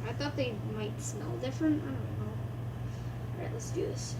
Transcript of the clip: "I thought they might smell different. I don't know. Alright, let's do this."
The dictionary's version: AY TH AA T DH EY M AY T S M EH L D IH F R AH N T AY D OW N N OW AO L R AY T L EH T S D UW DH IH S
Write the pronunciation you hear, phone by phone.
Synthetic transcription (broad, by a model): AY TH AA T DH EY M AY T S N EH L D IH F R AH N T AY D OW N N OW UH R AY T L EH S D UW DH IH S